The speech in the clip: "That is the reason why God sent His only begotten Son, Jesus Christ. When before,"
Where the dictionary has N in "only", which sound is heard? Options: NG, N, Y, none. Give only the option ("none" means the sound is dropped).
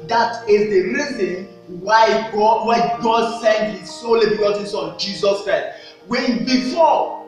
none